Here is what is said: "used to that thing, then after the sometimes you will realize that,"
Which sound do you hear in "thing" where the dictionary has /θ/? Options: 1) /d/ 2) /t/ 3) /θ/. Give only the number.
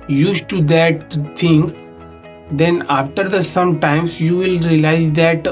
2